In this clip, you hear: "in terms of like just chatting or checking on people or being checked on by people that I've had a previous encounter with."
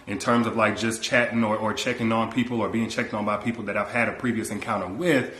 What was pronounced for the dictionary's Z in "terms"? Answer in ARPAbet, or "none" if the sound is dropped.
Z